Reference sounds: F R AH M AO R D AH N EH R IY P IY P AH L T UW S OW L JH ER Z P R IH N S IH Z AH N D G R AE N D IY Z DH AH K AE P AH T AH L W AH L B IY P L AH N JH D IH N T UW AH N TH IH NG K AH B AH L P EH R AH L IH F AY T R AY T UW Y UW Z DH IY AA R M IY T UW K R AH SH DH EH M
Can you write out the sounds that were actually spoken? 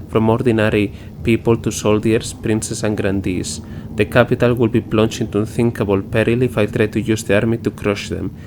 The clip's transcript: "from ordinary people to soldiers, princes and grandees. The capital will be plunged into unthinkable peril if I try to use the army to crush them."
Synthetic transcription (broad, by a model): F R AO M AO R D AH N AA R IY P IY P AH L T UW S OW L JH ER S P R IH N S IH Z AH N G R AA N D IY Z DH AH K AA P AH T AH L W AH L B IY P L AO N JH IH N T UW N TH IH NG K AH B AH L P EH R AH L IH F AY T R AY T UW Y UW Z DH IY AA R M IY T UW K R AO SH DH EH M